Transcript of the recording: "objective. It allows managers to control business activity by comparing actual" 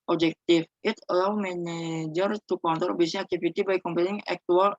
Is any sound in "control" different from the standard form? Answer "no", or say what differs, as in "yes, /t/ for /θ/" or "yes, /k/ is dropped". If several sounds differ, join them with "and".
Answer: yes, /ɹ/ is dropped